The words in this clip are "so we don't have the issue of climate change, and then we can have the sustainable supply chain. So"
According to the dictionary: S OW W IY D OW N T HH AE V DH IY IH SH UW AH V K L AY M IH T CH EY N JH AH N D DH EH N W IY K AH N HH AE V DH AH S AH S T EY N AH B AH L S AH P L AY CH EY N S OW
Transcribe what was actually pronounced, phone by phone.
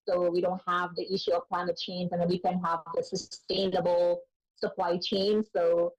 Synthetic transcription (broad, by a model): S OW W IY D OW N T HH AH V DH IY IH SH UW AH V K L AY M IH T CH EY N Z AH N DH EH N W IY K AH N HH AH V DH AH S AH S T EY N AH B L S AH P L AY CH EY N S OW